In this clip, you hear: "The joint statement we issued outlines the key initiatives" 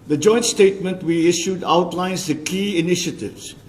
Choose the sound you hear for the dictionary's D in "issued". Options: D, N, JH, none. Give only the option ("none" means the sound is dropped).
D